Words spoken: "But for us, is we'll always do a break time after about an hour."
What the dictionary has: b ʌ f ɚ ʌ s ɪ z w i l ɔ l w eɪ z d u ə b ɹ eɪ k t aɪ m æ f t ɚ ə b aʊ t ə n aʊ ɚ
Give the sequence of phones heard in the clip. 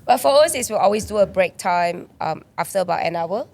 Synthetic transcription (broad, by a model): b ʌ f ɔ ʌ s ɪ s w i l ɔ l w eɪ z d u ə b ɹ eɪ k t aɪ m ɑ f t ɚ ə b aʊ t ə n aʊ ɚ